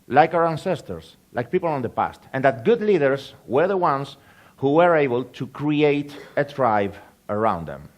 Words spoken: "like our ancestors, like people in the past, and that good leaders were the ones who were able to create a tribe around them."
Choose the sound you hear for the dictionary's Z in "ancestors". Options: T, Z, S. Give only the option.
S